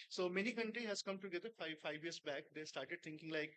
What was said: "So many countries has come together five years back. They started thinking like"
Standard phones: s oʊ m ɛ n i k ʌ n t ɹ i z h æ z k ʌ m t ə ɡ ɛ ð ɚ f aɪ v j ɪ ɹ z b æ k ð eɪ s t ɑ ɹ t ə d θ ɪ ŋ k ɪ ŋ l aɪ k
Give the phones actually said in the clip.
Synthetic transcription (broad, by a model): s oʊ m ɛ n i k ʌ n t ɹ i h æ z k ʌ m t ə ɡ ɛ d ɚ f aɪ v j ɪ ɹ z b æ k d eɪ s t ɑ ɹ t ə d t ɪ ŋ k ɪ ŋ l aɪ k